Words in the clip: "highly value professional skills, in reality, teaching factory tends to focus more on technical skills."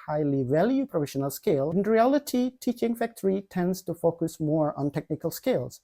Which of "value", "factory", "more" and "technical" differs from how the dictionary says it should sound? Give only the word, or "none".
none